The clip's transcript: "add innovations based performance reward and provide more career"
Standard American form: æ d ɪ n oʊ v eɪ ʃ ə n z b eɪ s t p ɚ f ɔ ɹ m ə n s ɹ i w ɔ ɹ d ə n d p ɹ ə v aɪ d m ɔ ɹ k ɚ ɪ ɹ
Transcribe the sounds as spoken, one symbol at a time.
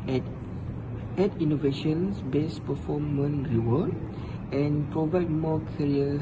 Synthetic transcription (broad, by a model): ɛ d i n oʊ v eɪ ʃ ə n s b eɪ s p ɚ f ɔ m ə n ɹ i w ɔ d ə n p ɹ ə v aɪ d m ɔ k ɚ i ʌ